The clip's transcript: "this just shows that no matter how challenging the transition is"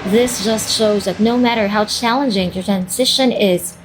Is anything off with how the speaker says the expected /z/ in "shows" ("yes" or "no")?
no